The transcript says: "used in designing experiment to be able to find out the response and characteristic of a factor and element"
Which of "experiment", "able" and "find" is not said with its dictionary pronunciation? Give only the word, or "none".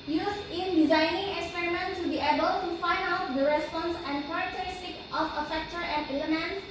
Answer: none